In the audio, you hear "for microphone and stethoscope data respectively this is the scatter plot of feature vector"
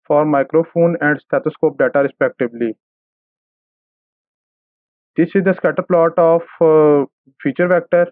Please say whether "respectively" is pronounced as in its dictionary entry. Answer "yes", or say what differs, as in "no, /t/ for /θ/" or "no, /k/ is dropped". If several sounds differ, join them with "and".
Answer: no, /b/ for /v/